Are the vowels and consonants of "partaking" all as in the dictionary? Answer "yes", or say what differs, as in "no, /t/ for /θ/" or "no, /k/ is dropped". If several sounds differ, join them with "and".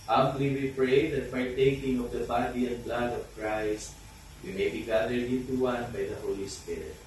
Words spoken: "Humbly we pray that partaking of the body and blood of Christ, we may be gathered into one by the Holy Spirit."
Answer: yes